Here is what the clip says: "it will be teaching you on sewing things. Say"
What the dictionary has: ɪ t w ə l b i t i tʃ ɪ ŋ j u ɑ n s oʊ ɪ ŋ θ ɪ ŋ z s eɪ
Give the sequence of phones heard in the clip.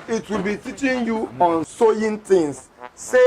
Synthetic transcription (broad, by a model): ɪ t w ə l b i t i tʃ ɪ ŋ j u ɑ n s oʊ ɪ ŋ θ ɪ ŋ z s eɪ